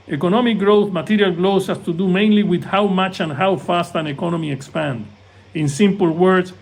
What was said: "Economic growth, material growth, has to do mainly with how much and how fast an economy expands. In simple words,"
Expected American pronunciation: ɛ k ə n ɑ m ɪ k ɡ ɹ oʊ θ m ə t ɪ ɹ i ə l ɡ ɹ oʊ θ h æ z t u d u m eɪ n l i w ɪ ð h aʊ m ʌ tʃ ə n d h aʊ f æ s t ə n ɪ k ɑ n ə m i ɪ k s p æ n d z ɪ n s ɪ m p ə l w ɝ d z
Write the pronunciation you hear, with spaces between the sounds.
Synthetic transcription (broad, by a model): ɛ k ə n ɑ m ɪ k ɡ ɹ oʊ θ m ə t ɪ ɹ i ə l ɡ l oʊ s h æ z t u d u m eɪ n l i w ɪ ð h aʊ m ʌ tʃ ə n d h aʊ f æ s t ə n ɪ k ɑ n ə m i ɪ k s p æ n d ɪ n s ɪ m p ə l w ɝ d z